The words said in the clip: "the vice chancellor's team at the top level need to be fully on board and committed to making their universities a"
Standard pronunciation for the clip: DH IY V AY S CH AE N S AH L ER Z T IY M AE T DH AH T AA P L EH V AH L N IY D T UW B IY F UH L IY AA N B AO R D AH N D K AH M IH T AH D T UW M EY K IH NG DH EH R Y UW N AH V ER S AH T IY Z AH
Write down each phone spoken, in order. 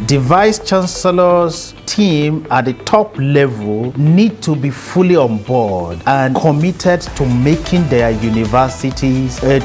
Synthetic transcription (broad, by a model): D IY V AY S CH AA N S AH L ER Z T IY M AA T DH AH T AA P L EH V AH L N IY D T UW B IY F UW L IY AA N B AO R D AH N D K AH M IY T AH D T UW M EY K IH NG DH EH Y UW N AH V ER S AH T IY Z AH